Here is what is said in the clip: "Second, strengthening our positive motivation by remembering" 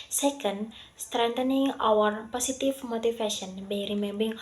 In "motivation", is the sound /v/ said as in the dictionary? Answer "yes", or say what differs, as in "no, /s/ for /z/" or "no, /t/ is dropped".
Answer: no, /f/ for /v/